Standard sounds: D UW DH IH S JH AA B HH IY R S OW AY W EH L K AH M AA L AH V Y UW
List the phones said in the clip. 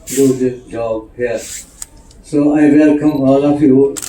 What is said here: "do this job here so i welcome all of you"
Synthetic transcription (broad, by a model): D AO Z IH JH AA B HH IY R S OW AY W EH L K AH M AA L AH F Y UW